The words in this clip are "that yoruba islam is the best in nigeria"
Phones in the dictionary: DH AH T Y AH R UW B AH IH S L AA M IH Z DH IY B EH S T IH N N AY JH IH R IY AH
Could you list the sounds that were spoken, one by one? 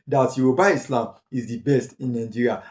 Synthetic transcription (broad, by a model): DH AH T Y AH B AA AH IH S L AA M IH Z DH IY B EH S T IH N N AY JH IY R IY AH